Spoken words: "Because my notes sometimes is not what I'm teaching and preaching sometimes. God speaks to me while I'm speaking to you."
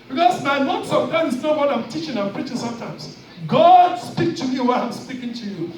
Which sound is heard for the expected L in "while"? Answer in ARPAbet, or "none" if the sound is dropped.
W